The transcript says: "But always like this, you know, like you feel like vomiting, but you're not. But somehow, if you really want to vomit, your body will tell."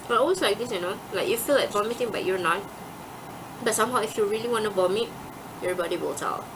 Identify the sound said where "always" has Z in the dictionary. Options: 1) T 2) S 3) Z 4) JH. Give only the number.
2